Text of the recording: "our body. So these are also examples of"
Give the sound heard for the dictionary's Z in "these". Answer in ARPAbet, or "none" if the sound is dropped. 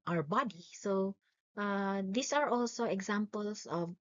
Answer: S